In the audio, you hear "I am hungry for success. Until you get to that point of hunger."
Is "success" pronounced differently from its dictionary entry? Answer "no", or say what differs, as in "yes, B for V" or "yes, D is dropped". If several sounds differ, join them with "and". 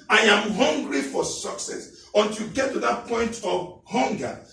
no